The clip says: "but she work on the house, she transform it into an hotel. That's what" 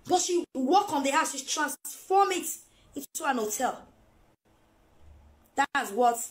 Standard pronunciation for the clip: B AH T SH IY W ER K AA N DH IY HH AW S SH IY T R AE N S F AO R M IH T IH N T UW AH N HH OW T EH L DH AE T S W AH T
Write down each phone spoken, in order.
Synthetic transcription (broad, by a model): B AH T SH IY W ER K AA N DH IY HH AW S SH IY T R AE N S F AO M IH T IH N T UW AH N HH OW T EH L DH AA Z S W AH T